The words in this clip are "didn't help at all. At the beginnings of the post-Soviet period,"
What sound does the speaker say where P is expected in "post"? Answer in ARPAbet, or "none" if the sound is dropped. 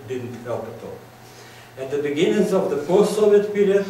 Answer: F